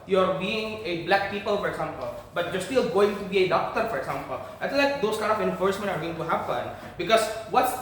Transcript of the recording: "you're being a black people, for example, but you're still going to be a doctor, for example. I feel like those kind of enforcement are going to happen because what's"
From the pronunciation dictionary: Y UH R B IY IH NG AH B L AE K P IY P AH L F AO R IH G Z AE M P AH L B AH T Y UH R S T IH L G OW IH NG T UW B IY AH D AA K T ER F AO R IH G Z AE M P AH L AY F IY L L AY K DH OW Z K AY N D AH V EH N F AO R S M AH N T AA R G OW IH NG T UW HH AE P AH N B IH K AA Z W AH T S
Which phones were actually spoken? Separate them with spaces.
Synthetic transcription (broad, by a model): Y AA R B IY IH NG AH B L AE K P IY P AH L F AO R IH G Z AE M P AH L B AH T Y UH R S T IH L G OW IH NG T UW B IY AH D AA K T ER F AO R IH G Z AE M P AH L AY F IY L L AY K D OW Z K AY N D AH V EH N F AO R S M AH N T AA R G OW IH NG T UW HH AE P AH N B IH K AA Z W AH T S